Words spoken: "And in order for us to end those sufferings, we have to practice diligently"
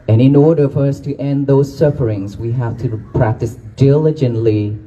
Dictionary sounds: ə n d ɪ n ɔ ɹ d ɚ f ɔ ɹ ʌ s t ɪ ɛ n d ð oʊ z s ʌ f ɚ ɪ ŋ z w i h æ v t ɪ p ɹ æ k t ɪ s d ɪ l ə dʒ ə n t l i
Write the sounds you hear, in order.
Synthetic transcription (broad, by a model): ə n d ɪ n ɔ ɹ d ɚ f ɔ ɹ ʌ s t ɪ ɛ n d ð oʊ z s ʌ f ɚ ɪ ŋ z w i h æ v t ɪ p ɹ æ k t ɪ s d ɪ l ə dʒ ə n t l i